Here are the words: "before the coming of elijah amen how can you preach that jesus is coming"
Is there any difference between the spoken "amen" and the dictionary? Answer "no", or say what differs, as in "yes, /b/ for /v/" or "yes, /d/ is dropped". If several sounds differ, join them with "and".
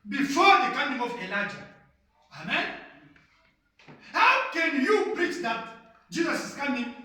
no